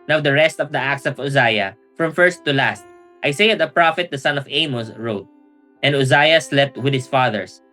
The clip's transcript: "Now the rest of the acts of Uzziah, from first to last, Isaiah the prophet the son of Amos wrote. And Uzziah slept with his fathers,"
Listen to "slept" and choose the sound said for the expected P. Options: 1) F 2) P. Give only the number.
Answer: 2